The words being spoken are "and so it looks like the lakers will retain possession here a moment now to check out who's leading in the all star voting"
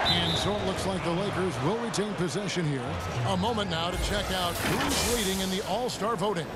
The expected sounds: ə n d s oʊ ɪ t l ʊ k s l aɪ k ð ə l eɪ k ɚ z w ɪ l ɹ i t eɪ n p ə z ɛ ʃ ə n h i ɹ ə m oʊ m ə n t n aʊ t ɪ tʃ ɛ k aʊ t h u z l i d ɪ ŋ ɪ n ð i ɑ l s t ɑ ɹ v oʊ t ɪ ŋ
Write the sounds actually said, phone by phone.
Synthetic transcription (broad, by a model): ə n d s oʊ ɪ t l ʊ k s l aɪ k ð ə l eɪ k ɚ z w ɪ l ɹ i t eɪ n p ə z ɛ ʃ ə n h i ɹ ə m oʊ m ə n n aʊ t ɪ tʃ ɛ k aʊ t h u z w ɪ d ɪ ŋ ɪ n ð i ɑ l s t ɑ ɹ v oʊ t ɪ ŋ